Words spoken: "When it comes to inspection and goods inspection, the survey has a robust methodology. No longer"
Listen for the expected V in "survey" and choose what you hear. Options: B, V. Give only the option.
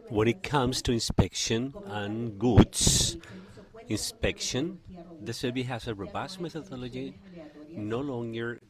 B